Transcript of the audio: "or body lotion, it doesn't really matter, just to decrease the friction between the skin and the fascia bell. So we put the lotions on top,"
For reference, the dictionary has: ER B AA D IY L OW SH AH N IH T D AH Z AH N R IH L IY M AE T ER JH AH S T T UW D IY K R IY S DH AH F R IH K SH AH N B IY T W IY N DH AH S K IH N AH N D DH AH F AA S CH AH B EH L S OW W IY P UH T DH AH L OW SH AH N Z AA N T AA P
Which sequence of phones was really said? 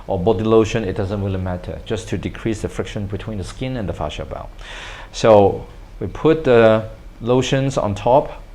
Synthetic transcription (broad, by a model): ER B AA D IY L OW SH AH N IH T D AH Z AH N W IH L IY M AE T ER JH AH S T T UW D IY K R IY S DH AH F R IH K SH AH N B IY T W IY N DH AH S K IH N AH N D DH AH F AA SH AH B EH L S OW W IY P UH T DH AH L OW SH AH N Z AA N T AA P